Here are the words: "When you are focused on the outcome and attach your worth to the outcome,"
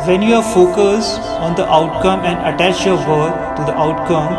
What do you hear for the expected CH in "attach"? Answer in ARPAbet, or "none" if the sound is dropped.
CH